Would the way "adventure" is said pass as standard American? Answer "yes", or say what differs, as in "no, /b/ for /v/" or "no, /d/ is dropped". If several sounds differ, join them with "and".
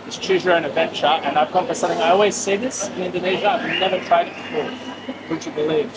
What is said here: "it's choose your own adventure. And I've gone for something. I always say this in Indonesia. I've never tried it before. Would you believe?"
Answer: yes